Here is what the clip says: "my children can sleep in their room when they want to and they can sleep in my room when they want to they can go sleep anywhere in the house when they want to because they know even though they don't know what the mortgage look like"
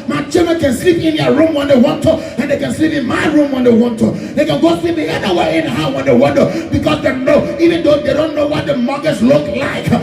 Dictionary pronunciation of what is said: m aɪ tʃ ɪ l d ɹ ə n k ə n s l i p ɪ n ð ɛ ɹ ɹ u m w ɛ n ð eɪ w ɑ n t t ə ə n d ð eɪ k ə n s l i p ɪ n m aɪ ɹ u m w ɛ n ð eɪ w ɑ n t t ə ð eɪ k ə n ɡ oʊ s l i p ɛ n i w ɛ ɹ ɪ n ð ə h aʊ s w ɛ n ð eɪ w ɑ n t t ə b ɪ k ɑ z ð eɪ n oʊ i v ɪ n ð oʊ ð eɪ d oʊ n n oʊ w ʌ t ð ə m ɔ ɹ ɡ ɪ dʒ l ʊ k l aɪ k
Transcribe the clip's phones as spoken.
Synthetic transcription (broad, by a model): m aɪ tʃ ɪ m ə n k ə n s l i p ɪ n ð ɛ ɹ ɹ u m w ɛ n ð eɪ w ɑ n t t ə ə n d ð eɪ k ə n s l i p ɪ n m aɪ ɹ u m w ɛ n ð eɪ w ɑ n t t ə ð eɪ k ə n ɡ oʊ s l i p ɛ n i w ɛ ɪ n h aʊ w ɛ n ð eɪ w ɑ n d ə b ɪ k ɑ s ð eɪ n oʊ i v ɪ n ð oʊ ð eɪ d oʊ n n oʊ w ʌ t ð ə m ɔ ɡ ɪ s l ʊ k l aɪ k